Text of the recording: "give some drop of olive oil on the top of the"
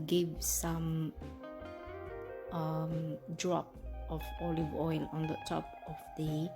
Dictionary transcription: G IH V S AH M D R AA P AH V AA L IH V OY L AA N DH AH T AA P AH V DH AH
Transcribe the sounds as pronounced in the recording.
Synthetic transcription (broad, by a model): G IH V S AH M D R AA P AH V AA L IH V OY L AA N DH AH T AA P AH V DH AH